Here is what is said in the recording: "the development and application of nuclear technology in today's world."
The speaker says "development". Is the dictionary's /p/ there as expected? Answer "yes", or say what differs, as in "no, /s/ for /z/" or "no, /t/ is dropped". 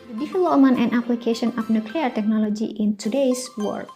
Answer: no, /p/ is dropped